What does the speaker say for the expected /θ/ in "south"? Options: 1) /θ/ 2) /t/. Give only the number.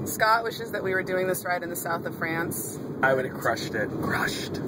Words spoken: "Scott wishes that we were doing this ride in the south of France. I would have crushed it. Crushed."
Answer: 1